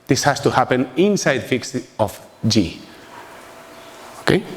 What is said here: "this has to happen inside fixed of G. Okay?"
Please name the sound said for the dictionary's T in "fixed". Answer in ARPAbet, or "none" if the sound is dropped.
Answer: none